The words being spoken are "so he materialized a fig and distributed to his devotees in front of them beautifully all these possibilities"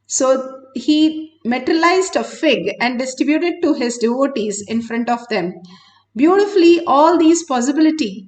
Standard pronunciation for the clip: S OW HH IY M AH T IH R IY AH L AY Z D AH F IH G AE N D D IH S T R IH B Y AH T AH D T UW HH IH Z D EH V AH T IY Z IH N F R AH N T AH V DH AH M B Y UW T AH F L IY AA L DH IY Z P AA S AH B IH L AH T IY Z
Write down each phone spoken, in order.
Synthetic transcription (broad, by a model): S OW HH IY M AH T R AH L AY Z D AH F IH G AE N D D IH S T R IH B Y AH T AH D T UW HH IH Z D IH V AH T IY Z IH N F R AH N T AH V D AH M B Y UW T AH F L IY AA L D IY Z P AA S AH B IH L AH T IY